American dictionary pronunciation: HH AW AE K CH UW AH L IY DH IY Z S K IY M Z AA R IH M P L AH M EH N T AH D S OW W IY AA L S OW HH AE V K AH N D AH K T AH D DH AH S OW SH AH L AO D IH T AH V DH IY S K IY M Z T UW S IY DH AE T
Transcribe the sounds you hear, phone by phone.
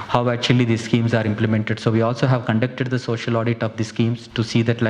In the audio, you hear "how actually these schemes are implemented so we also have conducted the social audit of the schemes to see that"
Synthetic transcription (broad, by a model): HH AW AE K CH UW AH L IY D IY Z S K IY M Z AA R IH M P L AH M EH N T AH D S OW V IY AA L S OW HH AE V K AH N D AH K T AH D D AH S OW SH AH L AO D IH T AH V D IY S K IY M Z T UW S IY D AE T